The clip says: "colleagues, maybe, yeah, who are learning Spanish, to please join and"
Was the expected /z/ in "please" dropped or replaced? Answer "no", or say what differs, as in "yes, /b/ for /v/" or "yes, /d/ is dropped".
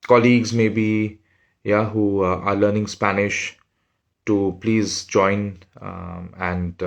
no